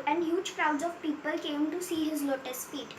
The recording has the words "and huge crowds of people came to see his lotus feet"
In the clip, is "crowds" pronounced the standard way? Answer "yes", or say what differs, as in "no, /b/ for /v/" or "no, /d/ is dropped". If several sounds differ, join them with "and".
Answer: yes